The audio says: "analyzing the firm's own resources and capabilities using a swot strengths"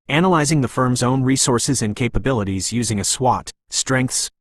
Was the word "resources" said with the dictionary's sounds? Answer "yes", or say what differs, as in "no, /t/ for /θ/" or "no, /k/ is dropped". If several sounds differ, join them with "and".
yes